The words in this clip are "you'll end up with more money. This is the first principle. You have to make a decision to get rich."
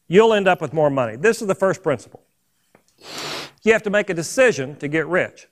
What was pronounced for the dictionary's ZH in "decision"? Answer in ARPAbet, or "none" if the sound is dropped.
ZH